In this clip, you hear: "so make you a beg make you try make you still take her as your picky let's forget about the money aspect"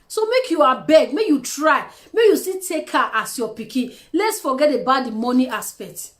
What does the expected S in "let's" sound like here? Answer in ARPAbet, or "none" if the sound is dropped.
S